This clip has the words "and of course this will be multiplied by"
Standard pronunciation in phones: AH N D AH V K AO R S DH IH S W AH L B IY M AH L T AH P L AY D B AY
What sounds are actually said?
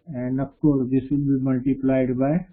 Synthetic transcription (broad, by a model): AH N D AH P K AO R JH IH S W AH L B IY M AH L T AH P L AY D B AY